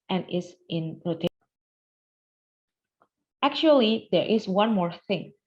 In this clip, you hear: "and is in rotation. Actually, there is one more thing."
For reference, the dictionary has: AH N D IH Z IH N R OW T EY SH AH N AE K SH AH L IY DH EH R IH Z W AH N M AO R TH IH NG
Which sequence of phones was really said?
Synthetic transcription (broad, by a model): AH N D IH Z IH N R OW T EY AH AE K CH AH L IY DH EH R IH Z W AH N M AO R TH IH NG